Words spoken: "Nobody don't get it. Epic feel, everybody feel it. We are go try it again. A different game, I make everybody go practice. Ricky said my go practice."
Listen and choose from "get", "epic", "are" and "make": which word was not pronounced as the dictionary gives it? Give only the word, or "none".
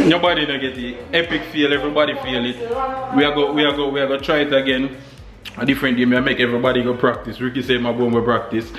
are